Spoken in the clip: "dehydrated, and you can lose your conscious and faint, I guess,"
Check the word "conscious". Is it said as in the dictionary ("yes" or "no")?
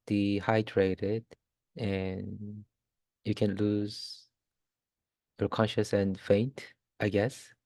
yes